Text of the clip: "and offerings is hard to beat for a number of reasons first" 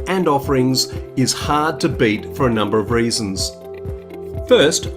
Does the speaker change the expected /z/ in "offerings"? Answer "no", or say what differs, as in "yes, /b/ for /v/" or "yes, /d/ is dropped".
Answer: no